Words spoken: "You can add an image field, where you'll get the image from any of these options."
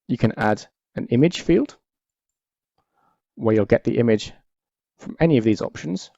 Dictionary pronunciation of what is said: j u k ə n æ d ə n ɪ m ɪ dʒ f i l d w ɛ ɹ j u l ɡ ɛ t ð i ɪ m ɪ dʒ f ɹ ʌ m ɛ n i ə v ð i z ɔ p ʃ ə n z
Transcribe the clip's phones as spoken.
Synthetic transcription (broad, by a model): j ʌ k ə n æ d ə n ɪ m ɪ dʒ f i l d w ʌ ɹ j u l ɡ ɛ t ð i ɪ m ɪ dʒ f ɹ ʌ m ɛ n i ə v ð i z ɔ p ʃ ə n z